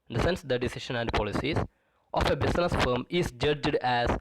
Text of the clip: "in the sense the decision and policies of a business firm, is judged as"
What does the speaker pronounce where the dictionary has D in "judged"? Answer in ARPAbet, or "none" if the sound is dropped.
D